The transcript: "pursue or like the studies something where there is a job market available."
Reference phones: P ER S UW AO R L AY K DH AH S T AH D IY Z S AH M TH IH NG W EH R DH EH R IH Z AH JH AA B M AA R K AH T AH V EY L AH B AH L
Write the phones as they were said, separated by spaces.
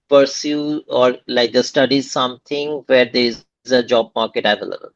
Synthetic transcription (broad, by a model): P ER S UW AO R L AY K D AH S T AH D IY Z S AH M T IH NG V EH R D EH R IH Z AH JH AA B M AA R K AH T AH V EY L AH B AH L